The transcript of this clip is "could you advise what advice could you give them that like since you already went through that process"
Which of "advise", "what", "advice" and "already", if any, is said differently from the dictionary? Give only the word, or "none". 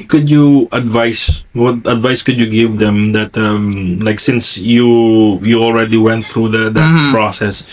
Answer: advise